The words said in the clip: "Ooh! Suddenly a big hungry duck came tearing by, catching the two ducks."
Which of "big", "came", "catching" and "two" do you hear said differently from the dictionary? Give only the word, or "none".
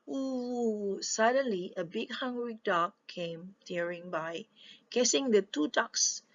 catching